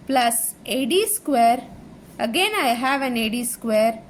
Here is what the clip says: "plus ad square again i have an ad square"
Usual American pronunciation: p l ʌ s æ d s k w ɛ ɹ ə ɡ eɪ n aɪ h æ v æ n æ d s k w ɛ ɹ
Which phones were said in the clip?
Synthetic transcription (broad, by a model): p l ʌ s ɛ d s k w ɛ ɹ ə ɡ eɪ n aɪ h æ v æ n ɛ d s k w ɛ ɹ